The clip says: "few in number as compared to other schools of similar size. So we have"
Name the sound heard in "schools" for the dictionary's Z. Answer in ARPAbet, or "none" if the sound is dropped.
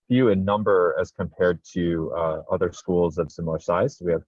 Z